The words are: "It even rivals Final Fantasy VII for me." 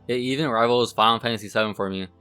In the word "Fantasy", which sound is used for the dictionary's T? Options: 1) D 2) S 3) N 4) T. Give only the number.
2